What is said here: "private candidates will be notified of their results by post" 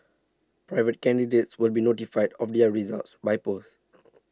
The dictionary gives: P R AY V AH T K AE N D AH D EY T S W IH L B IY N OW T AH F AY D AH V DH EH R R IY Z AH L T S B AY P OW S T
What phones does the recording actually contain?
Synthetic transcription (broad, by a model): P R AY V AH T K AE N D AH D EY T S W IH L B IY N OW T AH F AY D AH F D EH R R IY Z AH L T S B AY P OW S